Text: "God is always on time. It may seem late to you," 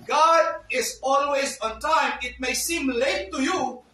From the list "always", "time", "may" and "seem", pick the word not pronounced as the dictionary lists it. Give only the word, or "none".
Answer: none